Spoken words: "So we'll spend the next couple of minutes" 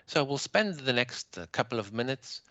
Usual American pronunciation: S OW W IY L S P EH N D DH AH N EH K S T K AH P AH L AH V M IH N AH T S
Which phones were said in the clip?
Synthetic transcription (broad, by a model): S OW W IY L S P EH N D DH AH N EH K S T K AH P L AH V M IH N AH T S